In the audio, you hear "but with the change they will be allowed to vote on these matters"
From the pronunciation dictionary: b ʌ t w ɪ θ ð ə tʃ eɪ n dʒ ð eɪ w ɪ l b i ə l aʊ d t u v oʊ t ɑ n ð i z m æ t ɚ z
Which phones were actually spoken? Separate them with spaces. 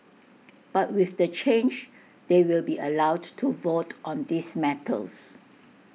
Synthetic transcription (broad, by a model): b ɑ t w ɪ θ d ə tʃ eɪ n dʒ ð eɪ w ɪ l b i ə l aʊ d t u v oʊ t ɑ n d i s m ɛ t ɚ s